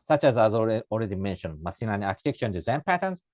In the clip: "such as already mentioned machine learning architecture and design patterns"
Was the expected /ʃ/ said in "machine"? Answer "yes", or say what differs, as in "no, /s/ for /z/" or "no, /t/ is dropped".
no, /s/ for /ʃ/